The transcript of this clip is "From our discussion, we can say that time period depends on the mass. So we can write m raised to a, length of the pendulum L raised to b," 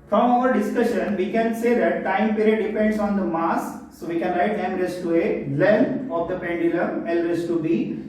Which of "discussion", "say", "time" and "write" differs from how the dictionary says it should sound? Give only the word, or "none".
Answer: none